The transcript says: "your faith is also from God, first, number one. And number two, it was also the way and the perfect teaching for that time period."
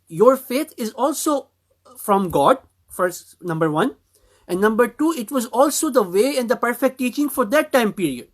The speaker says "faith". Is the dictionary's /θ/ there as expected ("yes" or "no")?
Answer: no